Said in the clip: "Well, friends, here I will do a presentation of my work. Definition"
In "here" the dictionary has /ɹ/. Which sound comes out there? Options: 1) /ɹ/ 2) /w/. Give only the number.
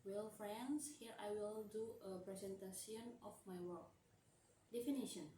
1